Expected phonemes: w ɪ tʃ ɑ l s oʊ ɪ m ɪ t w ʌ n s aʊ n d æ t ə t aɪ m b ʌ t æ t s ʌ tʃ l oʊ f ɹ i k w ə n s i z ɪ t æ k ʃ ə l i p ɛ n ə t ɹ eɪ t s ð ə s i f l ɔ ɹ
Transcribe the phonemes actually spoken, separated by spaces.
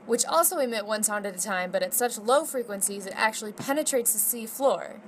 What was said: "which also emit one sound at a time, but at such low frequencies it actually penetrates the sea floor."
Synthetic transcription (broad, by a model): w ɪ tʃ ɑ l s oʊ ɪ m ɪ t w ʌ n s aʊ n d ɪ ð ə t aɪ m b ʌ t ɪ t s ʌ tʃ l oʊ f ɹ i k w ə n s i z ɪ t æ k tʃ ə l i p ɛ n ə t ɹ eɪ t s ð ə s i f l ɔ ɹ